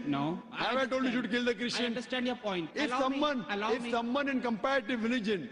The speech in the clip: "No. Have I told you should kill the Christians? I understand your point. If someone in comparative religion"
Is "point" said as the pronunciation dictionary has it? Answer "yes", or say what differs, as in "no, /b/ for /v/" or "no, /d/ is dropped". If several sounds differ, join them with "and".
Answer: no, /t/ is dropped